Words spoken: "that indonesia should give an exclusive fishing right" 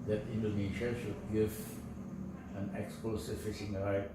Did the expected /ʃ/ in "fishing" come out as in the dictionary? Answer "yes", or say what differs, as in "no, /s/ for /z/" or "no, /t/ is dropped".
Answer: no, /s/ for /ʃ/